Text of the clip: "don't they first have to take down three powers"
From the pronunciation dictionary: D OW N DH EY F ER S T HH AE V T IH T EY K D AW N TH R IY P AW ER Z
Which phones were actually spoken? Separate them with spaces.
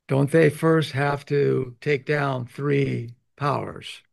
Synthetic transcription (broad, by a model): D OW N DH EY F ER S T HH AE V T IH T EY K D AW N TH R IY P AW ER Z